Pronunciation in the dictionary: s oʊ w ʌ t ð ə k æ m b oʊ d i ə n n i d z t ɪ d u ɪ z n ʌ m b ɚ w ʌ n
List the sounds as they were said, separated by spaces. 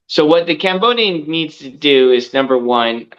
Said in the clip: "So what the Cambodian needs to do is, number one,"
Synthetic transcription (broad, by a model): s oʊ w ʌ t ð ə k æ m b oʊ d i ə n n i d z t ɪ d u ɪ z n ʌ m b ɚ w ʌ n